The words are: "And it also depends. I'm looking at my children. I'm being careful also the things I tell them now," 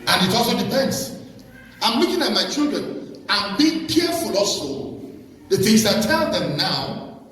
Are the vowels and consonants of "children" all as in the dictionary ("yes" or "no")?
yes